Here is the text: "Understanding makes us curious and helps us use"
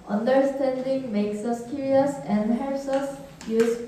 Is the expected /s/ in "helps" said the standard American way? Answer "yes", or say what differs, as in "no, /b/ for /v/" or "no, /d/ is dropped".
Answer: yes